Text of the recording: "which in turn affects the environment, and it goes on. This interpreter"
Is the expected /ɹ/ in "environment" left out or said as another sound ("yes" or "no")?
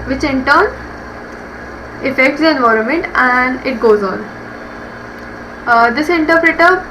no